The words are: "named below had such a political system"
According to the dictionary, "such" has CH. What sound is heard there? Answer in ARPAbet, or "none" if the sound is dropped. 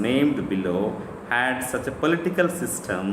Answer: CH